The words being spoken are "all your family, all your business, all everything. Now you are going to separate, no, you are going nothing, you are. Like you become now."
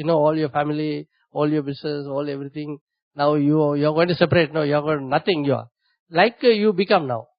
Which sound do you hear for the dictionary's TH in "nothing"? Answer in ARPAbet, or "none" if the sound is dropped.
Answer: T